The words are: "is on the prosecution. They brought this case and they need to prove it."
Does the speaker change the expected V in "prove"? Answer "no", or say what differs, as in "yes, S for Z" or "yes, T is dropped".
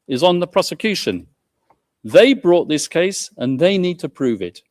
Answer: no